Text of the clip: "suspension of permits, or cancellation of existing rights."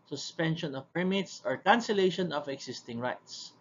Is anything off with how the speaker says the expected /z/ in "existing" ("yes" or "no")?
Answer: yes